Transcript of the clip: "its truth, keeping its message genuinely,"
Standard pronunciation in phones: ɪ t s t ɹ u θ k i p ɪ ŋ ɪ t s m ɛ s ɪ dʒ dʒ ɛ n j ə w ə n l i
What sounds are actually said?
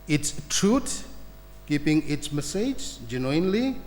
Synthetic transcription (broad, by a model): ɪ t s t ɹ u t k i p ɪ ŋ ɪ t s m ɛ s ɪ dʒ dʒ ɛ n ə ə n l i